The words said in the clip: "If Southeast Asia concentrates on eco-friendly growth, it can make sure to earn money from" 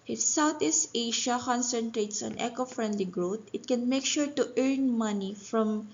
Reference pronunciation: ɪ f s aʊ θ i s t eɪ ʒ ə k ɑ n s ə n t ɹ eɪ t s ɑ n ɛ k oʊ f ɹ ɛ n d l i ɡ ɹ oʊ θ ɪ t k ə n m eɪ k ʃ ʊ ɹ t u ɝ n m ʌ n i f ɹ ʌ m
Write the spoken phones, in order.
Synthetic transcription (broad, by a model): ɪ f s aʊ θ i s t eɪ ʃ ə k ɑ n s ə n t ɹ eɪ t s ɑ n ɛ k oʊ f ɹ ɛ n d l i ɡ ɹ oʊ t ɪ t k ə n m eɪ k ʃ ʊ ɹ t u ɝ n m ʌ n i f ɹ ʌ m